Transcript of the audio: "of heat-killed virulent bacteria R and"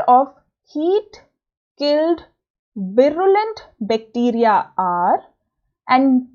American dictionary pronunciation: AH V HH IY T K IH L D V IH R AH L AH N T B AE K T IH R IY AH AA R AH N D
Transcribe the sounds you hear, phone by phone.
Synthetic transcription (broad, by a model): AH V HH IY T K IH L D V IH R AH L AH N T B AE K T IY R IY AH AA R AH N D